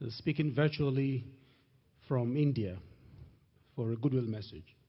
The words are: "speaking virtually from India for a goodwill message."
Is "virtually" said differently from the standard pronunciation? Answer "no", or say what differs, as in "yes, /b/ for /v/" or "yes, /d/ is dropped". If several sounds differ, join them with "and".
no